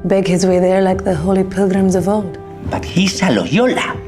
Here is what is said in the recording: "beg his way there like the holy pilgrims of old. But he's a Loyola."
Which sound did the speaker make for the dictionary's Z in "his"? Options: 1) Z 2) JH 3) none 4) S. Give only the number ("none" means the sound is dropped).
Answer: 1